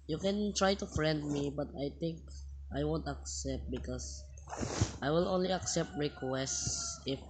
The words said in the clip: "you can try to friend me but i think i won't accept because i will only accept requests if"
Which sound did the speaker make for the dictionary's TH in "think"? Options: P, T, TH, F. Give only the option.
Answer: T